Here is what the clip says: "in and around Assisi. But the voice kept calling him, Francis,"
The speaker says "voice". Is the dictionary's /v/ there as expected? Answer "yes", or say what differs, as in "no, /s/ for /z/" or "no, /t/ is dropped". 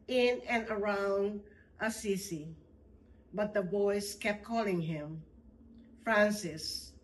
no, /b/ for /v/